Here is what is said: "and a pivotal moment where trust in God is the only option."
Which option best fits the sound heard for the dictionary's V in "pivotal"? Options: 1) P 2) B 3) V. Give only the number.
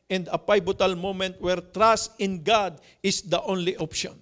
2